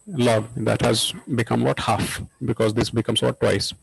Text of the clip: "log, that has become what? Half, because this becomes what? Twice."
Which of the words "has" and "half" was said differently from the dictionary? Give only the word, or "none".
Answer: none